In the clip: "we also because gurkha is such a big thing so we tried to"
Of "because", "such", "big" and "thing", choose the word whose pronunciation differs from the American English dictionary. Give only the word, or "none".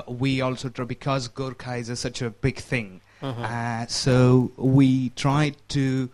none